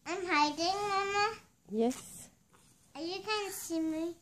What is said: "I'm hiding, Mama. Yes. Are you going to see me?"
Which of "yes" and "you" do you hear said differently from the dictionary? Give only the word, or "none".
none